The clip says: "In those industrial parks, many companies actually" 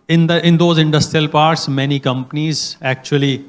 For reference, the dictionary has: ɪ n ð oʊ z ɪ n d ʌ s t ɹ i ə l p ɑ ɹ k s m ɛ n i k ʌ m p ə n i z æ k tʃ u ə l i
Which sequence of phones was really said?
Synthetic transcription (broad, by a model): ɪ n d oʊ z ɪ n d ʌ s t ɹ i ə l p ɑ ɹ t s m ɛ n i k ʌ m p ə n i z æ k tʃ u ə l i